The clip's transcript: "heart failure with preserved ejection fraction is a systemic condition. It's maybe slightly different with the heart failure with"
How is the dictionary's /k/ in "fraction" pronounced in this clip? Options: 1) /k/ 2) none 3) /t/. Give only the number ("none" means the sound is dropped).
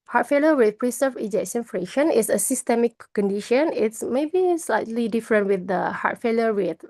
2